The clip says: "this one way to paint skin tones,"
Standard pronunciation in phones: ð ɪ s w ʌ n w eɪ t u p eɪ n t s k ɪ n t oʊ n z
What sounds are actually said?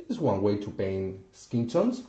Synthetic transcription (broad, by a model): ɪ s w ʌ n w eɪ t u b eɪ n s k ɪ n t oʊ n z